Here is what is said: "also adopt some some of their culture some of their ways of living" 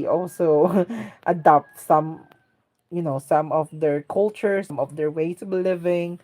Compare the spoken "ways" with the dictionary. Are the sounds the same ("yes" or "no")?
no